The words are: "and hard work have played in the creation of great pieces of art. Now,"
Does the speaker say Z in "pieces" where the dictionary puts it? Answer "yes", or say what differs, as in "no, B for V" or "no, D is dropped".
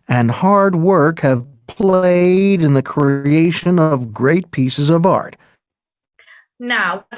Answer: yes